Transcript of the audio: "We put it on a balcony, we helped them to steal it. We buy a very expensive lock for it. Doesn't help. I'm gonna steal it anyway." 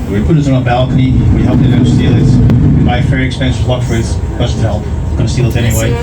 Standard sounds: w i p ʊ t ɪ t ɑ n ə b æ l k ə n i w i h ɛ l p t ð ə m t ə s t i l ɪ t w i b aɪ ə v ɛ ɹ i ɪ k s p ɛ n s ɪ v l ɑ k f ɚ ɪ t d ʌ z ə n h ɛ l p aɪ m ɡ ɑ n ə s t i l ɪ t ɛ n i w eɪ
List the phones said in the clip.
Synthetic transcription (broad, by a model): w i p ʊ t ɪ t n ə b æ l k ə n i w i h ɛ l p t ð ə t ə s t i l ɪ t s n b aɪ ə f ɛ ɹ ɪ k s p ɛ n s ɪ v l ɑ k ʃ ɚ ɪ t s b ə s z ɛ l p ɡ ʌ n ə s t i l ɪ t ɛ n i w eɪ